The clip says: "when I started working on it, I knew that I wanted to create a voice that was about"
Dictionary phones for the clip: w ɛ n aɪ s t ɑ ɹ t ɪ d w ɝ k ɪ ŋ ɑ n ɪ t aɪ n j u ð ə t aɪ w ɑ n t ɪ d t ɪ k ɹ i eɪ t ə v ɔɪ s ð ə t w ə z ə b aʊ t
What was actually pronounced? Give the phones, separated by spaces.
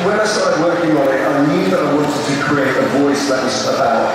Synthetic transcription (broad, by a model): w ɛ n aɪ s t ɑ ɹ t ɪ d w ɝ k ɪ ŋ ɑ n ɪ t aɪ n j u ð ə t aɪ w ɑ n t ɪ d t ɪ k ɹ i eɪ t ə v ɔɪ s ð ə t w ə s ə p aʊ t